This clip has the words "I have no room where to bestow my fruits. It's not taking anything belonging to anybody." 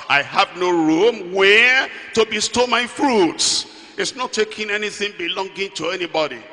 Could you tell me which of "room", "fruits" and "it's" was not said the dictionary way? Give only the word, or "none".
none